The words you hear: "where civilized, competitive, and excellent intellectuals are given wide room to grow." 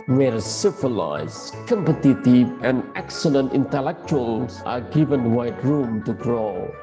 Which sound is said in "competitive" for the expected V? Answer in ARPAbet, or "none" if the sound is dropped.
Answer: none